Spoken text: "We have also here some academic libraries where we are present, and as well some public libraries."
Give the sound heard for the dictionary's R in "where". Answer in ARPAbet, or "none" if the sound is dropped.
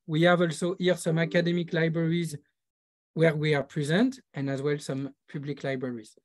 R